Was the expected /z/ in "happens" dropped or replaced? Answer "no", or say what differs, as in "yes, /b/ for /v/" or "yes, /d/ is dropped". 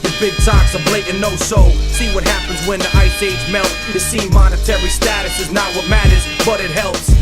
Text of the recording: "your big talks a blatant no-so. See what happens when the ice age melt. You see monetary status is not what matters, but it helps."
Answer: no